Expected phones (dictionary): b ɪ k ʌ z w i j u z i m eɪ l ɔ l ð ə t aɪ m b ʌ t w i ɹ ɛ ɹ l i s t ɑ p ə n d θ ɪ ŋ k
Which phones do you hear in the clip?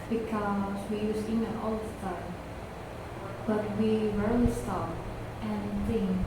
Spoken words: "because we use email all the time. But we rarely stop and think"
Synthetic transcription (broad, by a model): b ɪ k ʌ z w i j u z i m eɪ n ɔ l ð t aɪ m b ʌ t w i ɹ ɛ ɹ l i s t ɑ p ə n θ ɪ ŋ